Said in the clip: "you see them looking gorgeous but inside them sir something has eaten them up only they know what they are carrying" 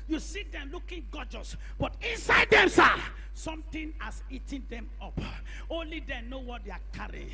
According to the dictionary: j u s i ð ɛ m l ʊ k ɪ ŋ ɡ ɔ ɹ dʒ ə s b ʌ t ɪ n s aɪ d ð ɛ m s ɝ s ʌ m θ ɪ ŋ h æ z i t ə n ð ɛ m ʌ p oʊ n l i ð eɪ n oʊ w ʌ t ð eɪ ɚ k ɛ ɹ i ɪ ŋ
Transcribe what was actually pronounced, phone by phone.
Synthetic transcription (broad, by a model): j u s i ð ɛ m l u k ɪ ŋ ɡ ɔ dʒ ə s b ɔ t ɪ n s aɪ d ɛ m s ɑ s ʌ m t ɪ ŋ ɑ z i t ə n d ɛ m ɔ p oʊ n l i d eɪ n oʊ w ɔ t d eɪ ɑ k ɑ ɹ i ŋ